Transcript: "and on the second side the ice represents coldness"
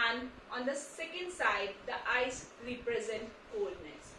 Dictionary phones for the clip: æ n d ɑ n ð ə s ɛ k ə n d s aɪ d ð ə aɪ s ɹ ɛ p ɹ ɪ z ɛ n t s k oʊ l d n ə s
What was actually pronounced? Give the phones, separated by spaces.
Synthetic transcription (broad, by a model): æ n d ɑ n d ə s ɛ k ə n d s aɪ d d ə aɪ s ɹ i p ɹ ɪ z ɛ n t k oʊ l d n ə s